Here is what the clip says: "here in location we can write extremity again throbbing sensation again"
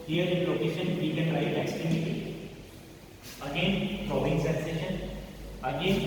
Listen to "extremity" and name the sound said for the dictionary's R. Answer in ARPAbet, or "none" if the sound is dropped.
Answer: none